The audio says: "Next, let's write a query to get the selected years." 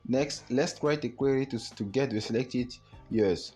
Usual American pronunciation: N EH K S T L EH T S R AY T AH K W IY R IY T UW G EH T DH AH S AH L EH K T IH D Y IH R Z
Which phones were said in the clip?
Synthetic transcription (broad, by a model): N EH K S T L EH T S R AY T AH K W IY R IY T UW G EH T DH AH S AH L EH K T IH D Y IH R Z